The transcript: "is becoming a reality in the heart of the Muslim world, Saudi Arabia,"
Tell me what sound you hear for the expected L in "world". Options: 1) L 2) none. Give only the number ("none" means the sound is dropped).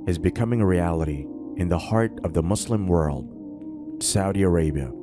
1